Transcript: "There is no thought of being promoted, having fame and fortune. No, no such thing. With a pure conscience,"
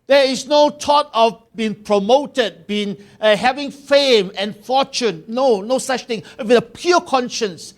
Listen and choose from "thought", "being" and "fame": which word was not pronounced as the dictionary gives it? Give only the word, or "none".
thought